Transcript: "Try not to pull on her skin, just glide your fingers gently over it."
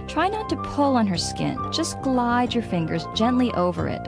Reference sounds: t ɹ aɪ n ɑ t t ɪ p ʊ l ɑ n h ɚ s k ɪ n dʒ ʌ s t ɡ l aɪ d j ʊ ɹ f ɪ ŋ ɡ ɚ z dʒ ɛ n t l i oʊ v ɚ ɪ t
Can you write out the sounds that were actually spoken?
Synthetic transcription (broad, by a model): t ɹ aɪ n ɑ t t ɪ p ʊ l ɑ n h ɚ s k ɪ n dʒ ʌ s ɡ l aɪ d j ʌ ɹ f ɪ ŋ ɡ ɚ z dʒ ɛ n t l i oʊ v ɚ ɪ t